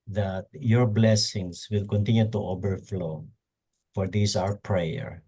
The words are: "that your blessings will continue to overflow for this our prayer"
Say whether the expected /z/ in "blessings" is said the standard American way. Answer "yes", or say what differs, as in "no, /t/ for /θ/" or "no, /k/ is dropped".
no, /s/ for /z/